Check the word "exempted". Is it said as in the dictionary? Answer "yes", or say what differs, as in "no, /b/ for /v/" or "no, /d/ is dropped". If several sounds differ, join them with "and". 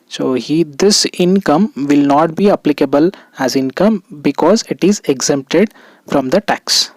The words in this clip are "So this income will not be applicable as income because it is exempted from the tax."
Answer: yes